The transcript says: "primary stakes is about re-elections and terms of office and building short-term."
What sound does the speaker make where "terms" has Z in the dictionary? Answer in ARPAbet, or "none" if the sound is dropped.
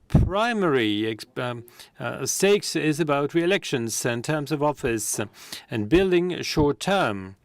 Z